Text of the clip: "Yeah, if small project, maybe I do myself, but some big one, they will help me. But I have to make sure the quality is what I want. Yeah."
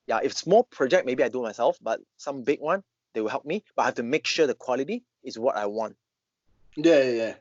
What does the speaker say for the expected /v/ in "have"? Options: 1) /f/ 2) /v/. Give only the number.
1